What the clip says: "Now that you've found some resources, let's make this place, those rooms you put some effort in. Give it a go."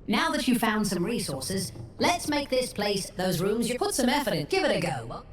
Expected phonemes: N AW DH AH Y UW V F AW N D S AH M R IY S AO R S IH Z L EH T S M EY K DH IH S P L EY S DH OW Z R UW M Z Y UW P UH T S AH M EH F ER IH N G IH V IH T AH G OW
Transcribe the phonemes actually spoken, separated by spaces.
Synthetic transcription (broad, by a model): N AW DH AH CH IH F AW N D S AH M R IY S AO R S IH Z L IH T S M EY K DH IH S P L EY S DH OW Z R UW M Z Y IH P UH T S AH M EH F ER IH N G IH V IH T AH G OW